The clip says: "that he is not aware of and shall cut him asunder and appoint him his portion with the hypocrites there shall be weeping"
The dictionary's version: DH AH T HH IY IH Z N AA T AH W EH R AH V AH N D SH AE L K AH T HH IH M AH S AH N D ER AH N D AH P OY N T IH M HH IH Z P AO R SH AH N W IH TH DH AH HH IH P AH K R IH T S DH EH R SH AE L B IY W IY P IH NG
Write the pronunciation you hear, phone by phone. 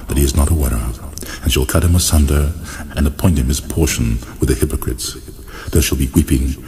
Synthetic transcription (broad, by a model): DH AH T HH IY IH Z N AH T AH W EH R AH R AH N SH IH L K AH T HH IH M AH S AH N D ER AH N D AH P OY N T IH M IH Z P AO R SH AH N W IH DH AH HH IH P AH K R IH T S DH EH R SH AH L B IY W IY P IH NG